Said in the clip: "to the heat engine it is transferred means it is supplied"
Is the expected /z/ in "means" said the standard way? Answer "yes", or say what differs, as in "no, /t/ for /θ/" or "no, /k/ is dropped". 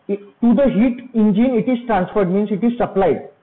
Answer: no, /s/ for /z/